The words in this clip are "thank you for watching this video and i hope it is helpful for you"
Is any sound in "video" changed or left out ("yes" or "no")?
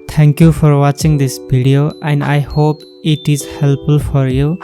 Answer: yes